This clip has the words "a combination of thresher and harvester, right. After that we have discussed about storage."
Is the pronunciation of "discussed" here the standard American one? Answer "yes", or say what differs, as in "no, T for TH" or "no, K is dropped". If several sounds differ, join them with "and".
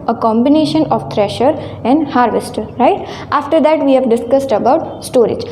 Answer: yes